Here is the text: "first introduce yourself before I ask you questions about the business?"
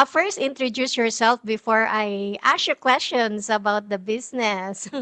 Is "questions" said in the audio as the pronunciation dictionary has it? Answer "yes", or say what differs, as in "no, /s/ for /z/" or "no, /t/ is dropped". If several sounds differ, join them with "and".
no, /s/ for /z/